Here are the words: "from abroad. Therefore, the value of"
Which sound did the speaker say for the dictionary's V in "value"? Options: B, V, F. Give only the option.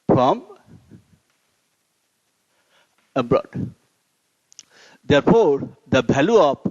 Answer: B